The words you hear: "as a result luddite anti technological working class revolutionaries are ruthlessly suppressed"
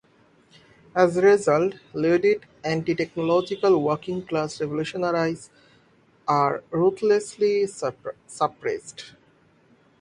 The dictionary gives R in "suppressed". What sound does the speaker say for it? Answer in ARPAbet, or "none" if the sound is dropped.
R